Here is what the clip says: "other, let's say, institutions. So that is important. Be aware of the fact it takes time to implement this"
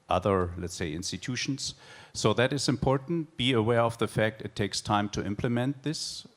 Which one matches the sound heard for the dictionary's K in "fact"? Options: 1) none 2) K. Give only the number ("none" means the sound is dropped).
2